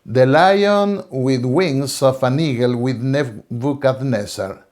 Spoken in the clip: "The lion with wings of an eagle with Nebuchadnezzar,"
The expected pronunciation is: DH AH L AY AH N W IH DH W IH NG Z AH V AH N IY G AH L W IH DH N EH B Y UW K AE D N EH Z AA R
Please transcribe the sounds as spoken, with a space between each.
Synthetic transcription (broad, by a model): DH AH L AY AH N W IH DH W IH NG S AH F AH N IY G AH L W IH DH N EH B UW K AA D N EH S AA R